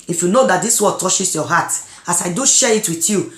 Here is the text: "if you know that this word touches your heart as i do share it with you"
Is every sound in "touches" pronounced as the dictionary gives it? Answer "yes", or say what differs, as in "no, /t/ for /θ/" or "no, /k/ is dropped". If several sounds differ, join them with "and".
no, /ʃ/ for /tʃ/ and /s/ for /z/